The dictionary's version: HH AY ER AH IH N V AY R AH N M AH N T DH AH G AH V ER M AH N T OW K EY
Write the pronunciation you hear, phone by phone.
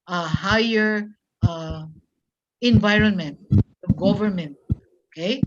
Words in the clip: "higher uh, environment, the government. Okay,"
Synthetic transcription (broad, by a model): HH AY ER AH IH N V AY R AH N M AH N T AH G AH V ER M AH N T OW K EY